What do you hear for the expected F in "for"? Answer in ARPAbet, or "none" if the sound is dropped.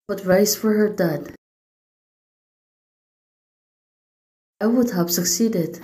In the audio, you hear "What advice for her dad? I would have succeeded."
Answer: F